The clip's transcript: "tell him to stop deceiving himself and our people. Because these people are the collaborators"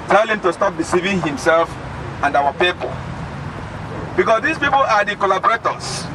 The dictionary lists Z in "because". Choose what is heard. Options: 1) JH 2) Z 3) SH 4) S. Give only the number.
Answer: 4